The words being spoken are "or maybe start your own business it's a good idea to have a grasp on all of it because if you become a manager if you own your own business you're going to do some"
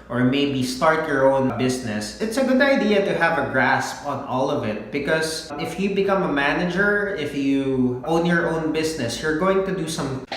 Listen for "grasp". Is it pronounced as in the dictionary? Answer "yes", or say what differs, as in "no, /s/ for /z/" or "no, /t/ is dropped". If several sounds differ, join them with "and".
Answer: yes